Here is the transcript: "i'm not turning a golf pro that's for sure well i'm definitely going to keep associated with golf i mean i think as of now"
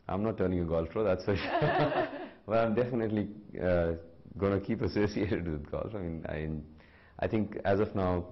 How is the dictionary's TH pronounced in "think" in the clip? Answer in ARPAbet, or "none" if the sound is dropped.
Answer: T